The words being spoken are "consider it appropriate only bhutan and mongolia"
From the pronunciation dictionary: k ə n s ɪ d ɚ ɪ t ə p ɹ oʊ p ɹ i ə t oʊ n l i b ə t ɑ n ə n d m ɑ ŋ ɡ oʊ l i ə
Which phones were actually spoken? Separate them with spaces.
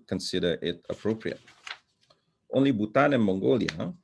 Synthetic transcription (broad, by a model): k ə n s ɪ d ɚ ɪ t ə p ɹ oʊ p ɹ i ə t oʊ n l i b ə t ɑ n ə n m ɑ ŋ ɡ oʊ l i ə